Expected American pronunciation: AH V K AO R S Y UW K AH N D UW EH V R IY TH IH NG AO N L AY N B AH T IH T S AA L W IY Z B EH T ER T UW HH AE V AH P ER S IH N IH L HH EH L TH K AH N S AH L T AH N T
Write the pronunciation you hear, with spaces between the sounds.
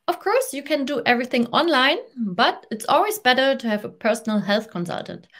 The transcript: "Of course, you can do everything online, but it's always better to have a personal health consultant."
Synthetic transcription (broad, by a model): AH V K AO R S Y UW K AH N D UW EH V R IY TH IH NG AO N L AY N B AH T IH T S AA L W IY Z B EH T ER T UW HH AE V AH P ER S N L HH EH L TH K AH N S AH L T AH N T